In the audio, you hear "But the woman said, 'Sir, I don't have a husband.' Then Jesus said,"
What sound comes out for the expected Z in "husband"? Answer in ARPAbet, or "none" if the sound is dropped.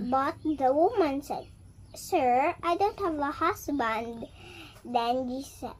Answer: S